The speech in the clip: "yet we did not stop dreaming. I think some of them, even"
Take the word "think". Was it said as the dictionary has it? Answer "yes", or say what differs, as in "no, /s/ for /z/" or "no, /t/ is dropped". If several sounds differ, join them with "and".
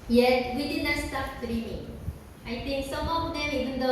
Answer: no, /t/ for /θ/